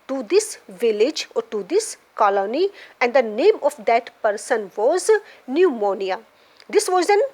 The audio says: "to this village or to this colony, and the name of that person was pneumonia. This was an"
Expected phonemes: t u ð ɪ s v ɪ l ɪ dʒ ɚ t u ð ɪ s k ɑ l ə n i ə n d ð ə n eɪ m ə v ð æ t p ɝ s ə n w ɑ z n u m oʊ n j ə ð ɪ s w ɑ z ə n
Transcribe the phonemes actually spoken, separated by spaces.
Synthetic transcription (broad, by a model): t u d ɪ s v ɪ l ɪ dʒ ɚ t u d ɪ s k ɑ l ə n i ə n d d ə n eɪ m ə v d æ t p ɝ s ə n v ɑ z n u m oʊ n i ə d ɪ s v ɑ z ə n